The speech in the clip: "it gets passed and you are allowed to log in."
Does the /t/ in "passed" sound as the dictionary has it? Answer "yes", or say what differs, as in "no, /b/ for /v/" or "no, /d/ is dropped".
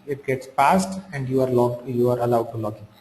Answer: yes